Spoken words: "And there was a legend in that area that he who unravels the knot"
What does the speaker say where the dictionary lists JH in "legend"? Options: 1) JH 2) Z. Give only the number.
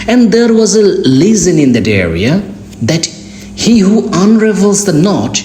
2